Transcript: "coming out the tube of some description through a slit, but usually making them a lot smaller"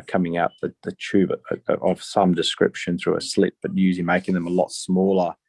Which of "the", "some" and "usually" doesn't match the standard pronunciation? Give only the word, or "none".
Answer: usually